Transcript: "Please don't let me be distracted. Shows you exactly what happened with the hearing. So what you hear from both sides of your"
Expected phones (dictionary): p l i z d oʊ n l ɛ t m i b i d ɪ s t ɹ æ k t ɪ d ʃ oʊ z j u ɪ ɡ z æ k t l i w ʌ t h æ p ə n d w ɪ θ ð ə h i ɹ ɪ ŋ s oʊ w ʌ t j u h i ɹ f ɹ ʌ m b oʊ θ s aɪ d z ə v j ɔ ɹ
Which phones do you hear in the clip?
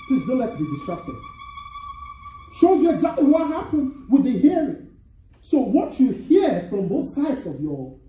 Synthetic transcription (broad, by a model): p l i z d oʊ n l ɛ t b i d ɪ s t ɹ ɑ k t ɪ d ʃ oʊ z j u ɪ ɡ z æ k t l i w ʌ t h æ p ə n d w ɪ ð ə h i ɹ ɪ ŋ s oʊ w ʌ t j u h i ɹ f ɹ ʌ m b oʊ θ s aɪ d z ə v j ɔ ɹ